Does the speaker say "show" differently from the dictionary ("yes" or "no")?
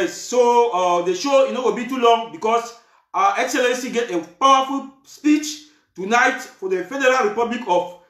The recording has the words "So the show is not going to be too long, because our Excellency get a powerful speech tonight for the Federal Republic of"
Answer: no